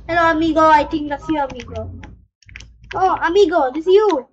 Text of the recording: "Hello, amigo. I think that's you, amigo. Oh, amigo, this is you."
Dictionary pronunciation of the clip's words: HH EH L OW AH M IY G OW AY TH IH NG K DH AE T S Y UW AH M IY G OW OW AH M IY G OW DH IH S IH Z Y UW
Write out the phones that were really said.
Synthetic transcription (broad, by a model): HH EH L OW AH M IY G OW AY T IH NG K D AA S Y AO AH M IY G OW OW AH M IY G OW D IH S Y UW